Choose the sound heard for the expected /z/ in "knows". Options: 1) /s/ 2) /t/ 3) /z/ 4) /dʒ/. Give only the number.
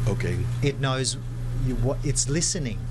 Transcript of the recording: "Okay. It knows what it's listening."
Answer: 3